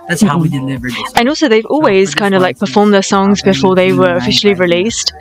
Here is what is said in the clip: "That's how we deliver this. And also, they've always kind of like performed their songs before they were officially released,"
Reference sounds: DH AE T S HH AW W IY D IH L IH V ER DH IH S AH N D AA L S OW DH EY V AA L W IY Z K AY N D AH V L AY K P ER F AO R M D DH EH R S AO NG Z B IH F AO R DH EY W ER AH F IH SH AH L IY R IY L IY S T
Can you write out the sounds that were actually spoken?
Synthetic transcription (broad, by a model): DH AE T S HH AW W IY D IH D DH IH AH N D AA L S OW DH EY V AA L W IY Z K AY N D AH V L AY K P ER F AO R M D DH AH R S AO NG Z B IH F AO R DH EY W ER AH F IH SH L IY R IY L IY S T